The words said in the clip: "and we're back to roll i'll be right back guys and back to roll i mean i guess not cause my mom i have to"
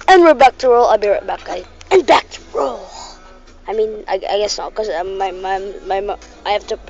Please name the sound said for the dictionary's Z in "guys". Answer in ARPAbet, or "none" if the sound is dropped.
none